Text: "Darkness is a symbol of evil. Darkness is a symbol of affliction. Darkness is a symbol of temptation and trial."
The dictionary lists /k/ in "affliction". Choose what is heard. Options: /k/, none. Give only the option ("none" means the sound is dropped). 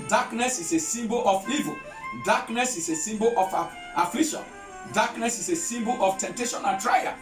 none